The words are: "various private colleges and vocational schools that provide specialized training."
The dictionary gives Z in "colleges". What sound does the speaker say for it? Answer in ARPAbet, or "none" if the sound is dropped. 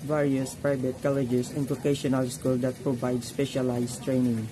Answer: S